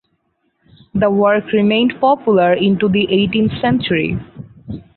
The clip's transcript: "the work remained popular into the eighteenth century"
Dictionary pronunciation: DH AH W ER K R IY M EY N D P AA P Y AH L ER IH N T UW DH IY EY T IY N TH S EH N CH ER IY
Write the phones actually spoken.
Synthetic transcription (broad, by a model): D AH W ER K R IY M EY N D P AA P Y AH L ER IH N T UW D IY EY T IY N T S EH N CH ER IY